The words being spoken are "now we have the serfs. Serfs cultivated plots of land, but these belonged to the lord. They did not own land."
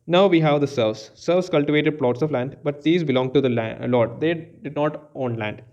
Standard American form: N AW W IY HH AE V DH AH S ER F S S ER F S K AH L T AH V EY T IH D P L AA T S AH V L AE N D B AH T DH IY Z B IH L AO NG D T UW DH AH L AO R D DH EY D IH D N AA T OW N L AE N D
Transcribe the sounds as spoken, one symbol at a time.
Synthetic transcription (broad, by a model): N AW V IY HH AE V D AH S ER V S S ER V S K AH L T AH V EY T IH D P L AA T S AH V L AE N D B AH T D IY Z B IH L AO NG T UW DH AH L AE L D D EY D IH D N AA T OW N L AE N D